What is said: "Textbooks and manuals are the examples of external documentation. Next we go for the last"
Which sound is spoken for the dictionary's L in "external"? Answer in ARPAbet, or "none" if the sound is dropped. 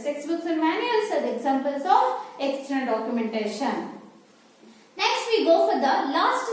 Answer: N